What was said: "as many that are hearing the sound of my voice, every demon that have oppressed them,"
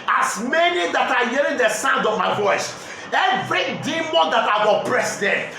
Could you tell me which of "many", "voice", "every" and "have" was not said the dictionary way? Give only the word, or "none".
have